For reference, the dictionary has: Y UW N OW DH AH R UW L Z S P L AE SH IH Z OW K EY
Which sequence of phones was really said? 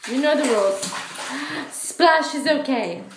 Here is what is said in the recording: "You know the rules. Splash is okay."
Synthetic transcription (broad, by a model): Y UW N OW DH AH W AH L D S P L AE SH IH Z OW K EY